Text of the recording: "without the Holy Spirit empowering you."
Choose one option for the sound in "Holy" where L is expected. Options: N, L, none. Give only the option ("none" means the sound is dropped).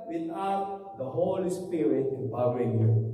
L